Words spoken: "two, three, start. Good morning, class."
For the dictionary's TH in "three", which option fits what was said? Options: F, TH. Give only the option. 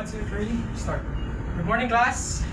F